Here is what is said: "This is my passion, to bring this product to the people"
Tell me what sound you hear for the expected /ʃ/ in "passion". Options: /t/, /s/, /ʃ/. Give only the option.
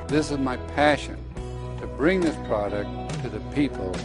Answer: /ʃ/